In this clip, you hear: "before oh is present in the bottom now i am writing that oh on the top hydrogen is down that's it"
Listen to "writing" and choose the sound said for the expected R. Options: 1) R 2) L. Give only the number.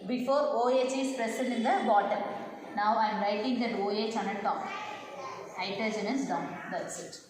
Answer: 1